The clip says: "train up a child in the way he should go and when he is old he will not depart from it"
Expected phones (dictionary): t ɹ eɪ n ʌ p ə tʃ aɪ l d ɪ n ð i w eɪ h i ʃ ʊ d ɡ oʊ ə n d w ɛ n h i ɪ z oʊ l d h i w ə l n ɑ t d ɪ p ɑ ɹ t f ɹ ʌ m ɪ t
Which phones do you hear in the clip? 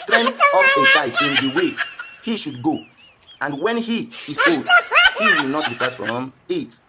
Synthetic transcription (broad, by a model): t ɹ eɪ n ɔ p ə s aɪ d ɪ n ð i w eɪ h i ʃ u d ɡ oʊ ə n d w ɛ n h i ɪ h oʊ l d h i w ə l n ɑ t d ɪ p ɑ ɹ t f ɹ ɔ m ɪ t